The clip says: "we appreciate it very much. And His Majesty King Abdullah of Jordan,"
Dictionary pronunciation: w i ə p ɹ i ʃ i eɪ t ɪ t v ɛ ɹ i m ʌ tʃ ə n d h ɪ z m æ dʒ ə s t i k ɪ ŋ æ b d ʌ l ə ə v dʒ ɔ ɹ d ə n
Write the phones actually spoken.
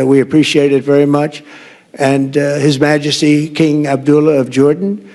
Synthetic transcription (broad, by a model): w i ə p ɹ i ʃ i eɪ t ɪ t v ɛ ɹ i m ʌ tʃ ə n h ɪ z m æ dʒ ə s t i k ɪ ŋ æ b d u l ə ə v dʒ ɔ ɹ d n